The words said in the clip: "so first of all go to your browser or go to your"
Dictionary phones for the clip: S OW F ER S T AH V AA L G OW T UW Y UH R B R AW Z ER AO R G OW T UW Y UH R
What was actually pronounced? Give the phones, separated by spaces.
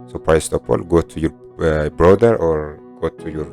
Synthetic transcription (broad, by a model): S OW P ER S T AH P AA L G OW T UW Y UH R B R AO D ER AO R G OW T UW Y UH R